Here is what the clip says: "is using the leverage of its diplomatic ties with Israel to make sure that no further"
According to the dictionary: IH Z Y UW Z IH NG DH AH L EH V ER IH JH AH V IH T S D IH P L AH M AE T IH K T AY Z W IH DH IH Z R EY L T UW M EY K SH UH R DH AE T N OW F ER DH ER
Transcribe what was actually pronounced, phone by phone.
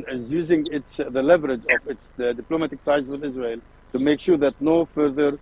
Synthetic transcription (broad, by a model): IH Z Y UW Z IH NG DH AH L EH V ER IH JH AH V IH T S D IH P L AH M AE T IH K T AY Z W IH DH IH Z R EY L T UW M EY K SH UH R DH AE T N OW F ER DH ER